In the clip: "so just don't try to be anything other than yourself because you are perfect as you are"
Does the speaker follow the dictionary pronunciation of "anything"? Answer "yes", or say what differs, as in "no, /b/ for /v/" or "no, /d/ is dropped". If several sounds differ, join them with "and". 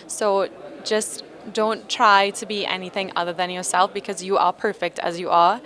yes